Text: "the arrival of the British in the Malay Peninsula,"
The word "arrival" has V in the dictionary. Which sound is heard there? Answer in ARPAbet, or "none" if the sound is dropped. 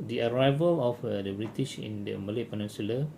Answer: V